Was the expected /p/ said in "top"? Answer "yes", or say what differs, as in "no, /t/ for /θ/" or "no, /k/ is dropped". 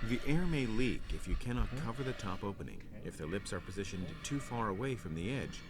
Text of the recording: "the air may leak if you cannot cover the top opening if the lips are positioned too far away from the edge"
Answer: yes